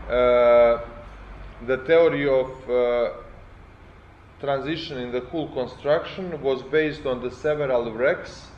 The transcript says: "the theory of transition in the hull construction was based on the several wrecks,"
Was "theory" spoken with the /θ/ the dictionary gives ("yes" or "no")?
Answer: no